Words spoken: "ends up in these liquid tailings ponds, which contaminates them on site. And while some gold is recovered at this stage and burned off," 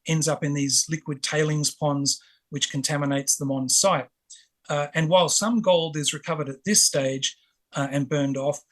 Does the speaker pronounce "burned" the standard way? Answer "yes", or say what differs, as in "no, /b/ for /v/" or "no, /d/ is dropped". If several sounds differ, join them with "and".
yes